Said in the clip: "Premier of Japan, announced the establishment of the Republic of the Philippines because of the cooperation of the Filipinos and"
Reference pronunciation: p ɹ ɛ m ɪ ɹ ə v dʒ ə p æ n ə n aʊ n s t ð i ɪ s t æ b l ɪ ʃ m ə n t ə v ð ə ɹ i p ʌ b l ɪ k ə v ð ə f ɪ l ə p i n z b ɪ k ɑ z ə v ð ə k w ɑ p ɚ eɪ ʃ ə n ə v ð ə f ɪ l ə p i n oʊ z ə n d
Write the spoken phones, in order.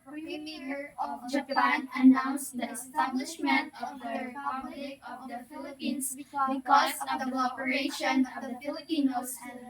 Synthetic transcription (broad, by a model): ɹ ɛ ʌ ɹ ə v dʒ ə p æ n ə n aʊ n s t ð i ɪ s t æ b l ɪ ʃ m ə n t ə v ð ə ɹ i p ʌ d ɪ ə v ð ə f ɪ l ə p i n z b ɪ k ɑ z ə v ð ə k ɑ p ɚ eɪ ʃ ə n ə v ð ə f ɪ l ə p i n oʊ ə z